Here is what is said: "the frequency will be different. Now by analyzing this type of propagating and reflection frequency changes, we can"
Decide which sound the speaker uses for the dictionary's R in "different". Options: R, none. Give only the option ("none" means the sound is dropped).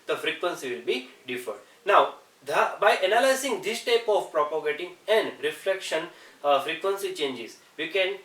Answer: none